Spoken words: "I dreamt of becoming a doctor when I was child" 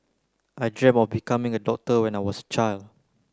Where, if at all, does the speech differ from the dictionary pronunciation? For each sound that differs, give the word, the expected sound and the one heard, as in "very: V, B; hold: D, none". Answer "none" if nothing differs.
dreamt: T, none; was: Z, S